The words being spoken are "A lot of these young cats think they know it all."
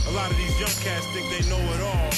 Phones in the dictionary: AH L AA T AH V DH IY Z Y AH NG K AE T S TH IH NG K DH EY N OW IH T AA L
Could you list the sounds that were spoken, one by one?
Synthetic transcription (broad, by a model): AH L AA T AH V DH IY Z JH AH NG K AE S T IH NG DH EY N OW IH T AA L